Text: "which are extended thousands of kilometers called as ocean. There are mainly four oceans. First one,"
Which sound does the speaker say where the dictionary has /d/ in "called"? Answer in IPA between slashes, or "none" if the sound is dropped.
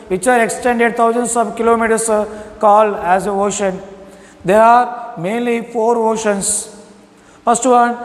none